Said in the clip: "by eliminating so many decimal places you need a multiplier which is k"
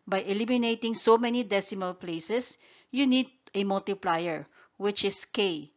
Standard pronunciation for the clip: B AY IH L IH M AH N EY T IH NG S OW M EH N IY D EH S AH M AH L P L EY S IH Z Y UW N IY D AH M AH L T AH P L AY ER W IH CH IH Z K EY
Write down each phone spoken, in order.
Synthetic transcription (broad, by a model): B AY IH L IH M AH N EY T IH NG S OW M EH N IY D EH S AH M AH L P L EY S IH S Y UW N IY D AH M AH L T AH P L AY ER W IH CH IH S K EY